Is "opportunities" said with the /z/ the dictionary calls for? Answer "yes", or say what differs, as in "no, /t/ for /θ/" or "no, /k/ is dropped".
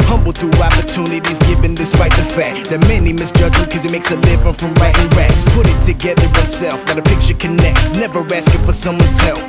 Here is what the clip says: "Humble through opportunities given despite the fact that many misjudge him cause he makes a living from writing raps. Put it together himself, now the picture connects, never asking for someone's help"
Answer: yes